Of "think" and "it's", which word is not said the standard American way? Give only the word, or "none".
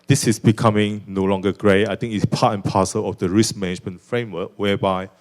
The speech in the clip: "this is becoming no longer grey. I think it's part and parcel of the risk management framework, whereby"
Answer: think